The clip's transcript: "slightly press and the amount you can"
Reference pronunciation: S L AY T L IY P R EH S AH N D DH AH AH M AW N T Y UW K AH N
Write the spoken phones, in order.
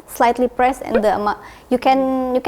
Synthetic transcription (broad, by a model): S L AY T L IY P R EH S AH N D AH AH M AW Y UW K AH N